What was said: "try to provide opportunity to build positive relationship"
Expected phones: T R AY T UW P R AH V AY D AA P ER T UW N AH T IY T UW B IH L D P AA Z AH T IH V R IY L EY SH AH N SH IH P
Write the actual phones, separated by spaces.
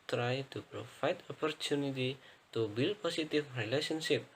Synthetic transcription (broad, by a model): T R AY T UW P R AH F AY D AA P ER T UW N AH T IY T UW B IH L P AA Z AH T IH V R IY L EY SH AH N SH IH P